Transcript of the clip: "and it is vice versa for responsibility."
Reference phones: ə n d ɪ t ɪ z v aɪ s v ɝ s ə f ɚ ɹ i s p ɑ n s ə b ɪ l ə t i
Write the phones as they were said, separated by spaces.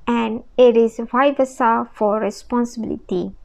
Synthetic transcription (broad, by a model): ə n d ɪ t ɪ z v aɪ v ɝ s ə f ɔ ɹ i s p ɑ n s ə b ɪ l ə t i